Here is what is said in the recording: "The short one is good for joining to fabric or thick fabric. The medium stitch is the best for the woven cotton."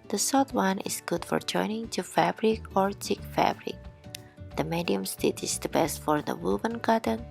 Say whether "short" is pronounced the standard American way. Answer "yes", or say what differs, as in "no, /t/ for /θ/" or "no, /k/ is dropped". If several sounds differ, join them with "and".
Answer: no, /s/ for /ʃ/